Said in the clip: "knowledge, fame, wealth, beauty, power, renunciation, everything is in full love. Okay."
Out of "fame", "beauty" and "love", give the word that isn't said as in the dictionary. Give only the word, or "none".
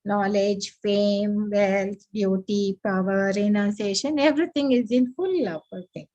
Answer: love